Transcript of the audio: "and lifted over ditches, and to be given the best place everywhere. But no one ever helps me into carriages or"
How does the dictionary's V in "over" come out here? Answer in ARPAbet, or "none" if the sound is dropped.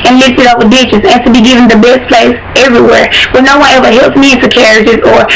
W